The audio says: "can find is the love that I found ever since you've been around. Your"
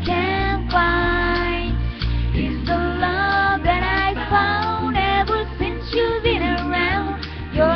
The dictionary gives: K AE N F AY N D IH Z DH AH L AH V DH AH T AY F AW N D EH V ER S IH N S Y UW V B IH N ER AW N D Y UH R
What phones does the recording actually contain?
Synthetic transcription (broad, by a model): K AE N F AY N IH Z DH AH L AH V DH AH T AY F AW N D EH V ER S IH N S Y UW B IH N ER AW N D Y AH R